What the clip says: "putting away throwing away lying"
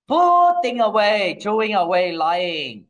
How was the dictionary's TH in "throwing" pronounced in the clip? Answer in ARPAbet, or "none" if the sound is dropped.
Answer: T